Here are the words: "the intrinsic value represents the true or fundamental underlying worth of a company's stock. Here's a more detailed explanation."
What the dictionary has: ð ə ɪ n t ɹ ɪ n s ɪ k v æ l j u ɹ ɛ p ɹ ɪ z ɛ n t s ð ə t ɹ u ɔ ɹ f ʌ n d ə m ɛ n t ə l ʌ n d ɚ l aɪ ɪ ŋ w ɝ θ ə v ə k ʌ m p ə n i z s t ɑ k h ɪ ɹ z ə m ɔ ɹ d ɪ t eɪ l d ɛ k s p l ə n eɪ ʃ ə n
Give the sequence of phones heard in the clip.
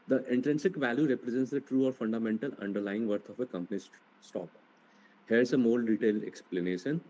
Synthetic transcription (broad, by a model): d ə ɪ n t ɹ ɪ n s ɪ k v æ l j u ɹ ɛ p ɹ ɪ z ɛ n t s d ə t ɹ u ɔ ɹ f ʌ n d ə m ɛ n t ə l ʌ n d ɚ l aɪ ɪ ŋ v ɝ t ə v ə k ʌ m p ə n i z s t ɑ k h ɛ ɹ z ə m ɔ l d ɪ t eɪ l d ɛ k s p l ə n eɪ ʃ ə n